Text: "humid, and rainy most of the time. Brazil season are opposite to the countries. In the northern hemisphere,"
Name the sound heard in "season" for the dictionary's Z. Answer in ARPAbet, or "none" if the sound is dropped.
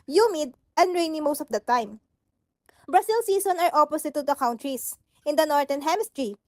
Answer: S